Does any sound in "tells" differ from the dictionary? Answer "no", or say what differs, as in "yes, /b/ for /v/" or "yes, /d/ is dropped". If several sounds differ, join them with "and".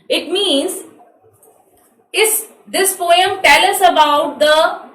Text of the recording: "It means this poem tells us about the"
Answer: yes, /z/ is dropped